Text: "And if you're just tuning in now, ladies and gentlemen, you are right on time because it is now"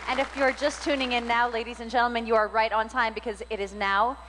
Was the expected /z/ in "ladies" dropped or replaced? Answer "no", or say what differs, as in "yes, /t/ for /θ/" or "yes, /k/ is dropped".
no